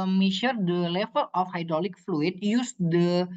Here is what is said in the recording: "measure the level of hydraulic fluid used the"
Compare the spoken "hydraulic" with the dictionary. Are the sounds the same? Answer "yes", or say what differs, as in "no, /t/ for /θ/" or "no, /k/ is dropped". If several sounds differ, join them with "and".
yes